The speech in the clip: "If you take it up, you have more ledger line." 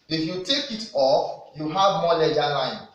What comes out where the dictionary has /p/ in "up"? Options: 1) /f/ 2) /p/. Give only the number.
1